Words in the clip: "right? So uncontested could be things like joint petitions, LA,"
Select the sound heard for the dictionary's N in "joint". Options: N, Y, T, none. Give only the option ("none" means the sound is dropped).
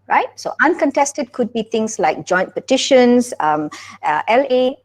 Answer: N